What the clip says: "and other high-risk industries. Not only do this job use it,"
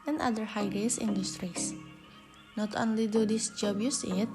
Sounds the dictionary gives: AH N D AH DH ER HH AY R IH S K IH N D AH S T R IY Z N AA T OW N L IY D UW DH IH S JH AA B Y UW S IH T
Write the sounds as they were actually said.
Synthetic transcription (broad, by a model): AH N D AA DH ER HH AY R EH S IH N D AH S T R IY S N AA T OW N L IY D UW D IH S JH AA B Y UW S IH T